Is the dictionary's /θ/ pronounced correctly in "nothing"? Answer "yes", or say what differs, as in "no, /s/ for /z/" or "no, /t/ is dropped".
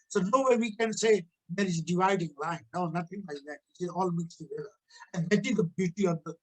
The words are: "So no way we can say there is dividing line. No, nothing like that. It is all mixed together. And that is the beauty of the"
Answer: no, /t/ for /θ/